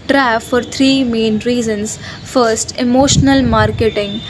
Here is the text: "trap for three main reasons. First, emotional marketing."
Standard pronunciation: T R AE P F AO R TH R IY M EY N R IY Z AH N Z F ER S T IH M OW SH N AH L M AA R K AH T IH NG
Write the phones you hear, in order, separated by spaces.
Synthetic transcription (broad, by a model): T R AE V F AO R T R IY M EY N R IY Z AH N S F ER S T IH M OW SH N AH L M AA R K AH T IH NG